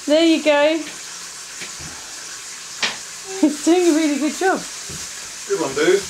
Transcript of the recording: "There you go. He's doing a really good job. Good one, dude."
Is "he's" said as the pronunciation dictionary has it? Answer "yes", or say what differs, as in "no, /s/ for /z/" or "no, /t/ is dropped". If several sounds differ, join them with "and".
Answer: no, /s/ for /z/